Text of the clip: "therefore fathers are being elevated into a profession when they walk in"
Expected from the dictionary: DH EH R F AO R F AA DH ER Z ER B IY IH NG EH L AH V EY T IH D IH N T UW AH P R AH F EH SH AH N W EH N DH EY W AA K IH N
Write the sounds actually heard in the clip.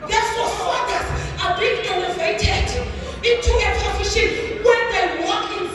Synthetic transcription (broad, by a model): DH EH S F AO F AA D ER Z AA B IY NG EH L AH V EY T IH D IH N T UW AH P AH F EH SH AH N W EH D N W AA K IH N